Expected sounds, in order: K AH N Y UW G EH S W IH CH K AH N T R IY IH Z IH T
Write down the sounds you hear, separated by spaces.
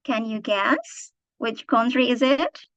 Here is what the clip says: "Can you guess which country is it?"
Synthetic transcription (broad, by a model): K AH N Y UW G EH S W IH CH K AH N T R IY IH Z IH T